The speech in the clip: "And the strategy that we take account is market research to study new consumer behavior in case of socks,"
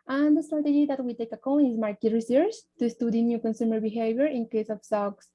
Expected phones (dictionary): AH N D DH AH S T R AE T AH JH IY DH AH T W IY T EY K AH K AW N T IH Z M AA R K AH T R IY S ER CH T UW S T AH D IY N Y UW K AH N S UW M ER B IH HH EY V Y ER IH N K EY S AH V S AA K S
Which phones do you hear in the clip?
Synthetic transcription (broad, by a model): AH N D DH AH S T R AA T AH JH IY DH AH T W IY T EY K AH K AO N IH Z M AA R K AH T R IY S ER S T UW S T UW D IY N Y UW K AH N S UW M ER B IH HH EY V Y ER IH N K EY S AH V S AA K S